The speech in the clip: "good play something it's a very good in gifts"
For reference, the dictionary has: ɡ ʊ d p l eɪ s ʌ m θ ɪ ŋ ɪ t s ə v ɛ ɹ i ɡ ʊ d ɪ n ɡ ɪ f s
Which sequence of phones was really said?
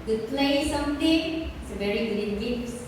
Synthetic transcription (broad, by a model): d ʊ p l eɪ s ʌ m t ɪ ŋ ɪ t s ə v ɛ ɹ i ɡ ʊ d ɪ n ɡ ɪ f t